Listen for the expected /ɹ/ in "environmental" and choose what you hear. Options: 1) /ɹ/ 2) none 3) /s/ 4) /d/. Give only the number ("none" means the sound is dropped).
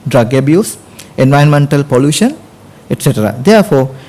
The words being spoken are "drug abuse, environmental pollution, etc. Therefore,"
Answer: 2